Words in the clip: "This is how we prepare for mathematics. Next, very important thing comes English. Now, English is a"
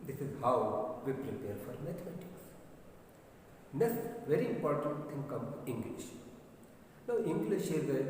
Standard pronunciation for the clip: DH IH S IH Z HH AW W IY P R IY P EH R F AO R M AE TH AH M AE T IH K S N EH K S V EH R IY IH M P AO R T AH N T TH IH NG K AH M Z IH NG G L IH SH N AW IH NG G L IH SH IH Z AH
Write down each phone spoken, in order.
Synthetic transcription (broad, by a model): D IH S IH Z HH AW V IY P R IY P EH R F AO R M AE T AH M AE T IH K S N EH K S V EH R IY IH M P AO R T AH N T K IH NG K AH M IH NG G L IH SH N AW IH NG G L IH SH IH Z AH